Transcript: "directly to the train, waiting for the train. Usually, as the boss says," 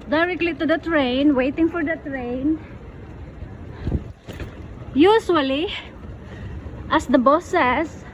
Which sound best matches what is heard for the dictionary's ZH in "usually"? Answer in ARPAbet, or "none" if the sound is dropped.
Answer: S